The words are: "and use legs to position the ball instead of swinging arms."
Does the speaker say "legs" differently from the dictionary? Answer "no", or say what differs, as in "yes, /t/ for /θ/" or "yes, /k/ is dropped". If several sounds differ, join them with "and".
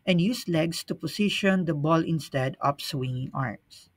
yes, /s/ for /z/